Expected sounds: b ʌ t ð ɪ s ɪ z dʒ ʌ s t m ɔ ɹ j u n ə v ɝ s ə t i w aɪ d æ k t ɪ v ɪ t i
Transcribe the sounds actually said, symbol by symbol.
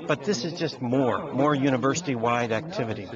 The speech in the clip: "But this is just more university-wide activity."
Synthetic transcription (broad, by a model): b ʌ t ð ɪ s ɪ z dʒ ʌ s t m ɔ ɹ j u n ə v ɝ s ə t i w aɪ d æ k t ɪ v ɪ t i